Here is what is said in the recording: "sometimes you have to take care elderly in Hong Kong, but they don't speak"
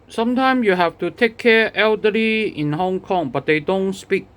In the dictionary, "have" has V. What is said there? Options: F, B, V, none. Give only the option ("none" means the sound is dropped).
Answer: F